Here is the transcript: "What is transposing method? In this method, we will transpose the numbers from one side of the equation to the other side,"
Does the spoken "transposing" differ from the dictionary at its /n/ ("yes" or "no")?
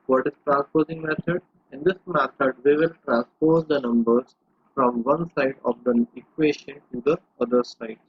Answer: no